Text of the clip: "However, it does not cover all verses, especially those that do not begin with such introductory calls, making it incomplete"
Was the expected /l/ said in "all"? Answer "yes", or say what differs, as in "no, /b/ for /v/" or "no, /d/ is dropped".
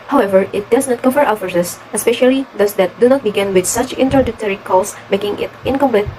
no, /w/ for /l/